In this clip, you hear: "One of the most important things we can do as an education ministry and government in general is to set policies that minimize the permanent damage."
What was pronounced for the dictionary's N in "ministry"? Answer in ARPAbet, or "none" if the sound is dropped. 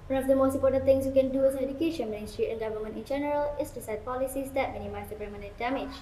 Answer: none